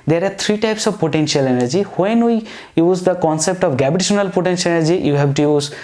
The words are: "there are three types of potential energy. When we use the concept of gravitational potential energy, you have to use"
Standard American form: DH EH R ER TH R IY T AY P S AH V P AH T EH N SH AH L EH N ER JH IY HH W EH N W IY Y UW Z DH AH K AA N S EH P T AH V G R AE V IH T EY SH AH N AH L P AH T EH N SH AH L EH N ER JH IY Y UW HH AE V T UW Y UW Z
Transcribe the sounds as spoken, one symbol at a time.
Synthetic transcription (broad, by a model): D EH R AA T R IY T AY P S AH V P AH T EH N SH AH L EH N ER JH IY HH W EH N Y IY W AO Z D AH K AA N S EH P T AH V G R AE B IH T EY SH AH N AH L P AH T EH N SH AH L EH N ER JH IY Y UW HH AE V T UW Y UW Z